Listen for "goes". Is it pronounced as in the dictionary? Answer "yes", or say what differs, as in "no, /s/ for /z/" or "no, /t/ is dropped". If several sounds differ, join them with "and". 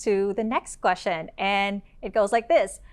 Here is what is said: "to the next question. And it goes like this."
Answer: yes